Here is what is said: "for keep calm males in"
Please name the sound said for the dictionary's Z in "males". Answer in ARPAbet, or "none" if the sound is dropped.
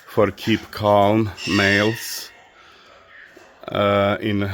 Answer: S